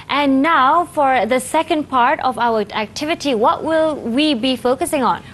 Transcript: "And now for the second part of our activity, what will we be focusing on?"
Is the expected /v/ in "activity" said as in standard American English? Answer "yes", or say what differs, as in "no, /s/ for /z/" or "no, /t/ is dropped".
yes